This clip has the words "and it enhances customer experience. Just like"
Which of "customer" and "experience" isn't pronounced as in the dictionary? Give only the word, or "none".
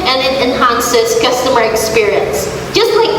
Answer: none